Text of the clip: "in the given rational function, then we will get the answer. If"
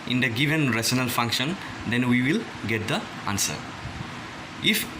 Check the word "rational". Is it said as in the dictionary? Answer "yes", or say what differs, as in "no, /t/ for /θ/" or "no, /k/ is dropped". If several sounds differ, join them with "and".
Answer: no, /s/ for /ʃ/